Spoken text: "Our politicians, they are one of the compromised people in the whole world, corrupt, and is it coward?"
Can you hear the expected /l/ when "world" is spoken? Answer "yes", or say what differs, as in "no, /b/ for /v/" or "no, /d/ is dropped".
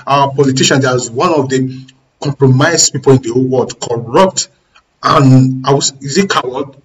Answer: no, /l/ is dropped